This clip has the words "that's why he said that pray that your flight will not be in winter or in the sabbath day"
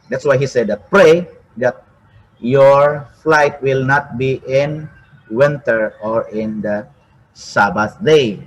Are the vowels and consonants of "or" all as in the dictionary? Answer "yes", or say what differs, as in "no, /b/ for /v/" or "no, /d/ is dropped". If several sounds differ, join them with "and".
yes